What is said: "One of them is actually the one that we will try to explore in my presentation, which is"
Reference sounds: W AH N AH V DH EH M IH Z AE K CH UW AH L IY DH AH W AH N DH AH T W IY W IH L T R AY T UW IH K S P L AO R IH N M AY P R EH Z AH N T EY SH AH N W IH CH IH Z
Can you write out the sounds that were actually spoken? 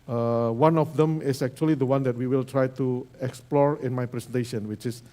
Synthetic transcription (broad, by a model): W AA N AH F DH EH M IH S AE K CH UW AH L IY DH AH W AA N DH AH T W IY W IH L T R AY T UW IH K S P L AO R IH N M AY P R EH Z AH N T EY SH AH N W IH CH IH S